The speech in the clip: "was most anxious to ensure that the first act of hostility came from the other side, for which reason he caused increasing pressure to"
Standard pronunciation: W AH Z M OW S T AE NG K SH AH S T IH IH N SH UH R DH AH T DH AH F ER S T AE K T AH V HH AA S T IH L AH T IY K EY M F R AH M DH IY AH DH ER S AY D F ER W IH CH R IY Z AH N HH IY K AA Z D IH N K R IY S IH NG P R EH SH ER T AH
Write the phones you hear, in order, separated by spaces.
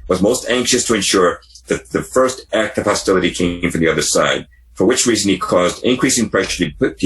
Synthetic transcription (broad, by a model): W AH Z M OW S T AE NG K SH AH S T IH IH N SH UH R DH AH T DH AH F ER S T AE K T AH V HH AA S T IH L AH T IY K EY M F R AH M DH IY AH DH ER S AY D F ER W IH CH R IY Z AH N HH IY K AA Z D IH N K R IY S IH NG P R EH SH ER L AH